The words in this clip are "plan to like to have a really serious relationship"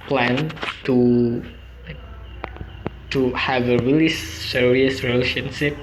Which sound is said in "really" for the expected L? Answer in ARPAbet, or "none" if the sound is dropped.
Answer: L